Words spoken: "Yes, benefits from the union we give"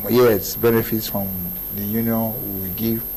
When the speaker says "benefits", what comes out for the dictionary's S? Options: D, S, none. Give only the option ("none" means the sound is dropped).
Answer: S